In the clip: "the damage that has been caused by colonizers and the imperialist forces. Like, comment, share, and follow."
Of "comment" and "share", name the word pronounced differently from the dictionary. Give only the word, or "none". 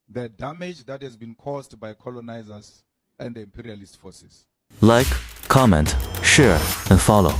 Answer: none